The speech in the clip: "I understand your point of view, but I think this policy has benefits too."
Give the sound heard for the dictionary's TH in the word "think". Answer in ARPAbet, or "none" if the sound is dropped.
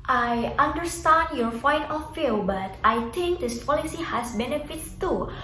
T